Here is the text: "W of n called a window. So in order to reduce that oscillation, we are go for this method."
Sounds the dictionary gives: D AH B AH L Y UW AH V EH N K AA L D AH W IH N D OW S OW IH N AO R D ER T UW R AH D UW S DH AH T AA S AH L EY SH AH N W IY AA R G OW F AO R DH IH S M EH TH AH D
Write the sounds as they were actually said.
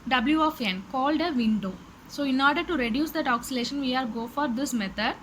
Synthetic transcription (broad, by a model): D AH B L Y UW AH F EH N K AA L D AH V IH N D OW S OW IH N AO R D ER T UW R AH D UW S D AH T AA S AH L EY SH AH N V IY AA R G OW F AO R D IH S M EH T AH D